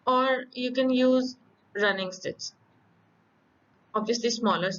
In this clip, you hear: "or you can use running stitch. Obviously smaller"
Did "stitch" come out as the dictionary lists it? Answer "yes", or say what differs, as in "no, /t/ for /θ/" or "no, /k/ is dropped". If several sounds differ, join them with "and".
no, /s/ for /tʃ/